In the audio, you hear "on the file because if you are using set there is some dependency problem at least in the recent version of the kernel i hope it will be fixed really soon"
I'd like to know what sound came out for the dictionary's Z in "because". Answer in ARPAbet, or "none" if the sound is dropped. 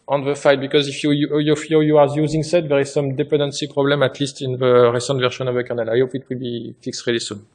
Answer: Z